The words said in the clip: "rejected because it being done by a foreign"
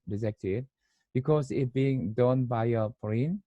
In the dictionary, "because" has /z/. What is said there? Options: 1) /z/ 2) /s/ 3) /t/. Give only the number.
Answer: 2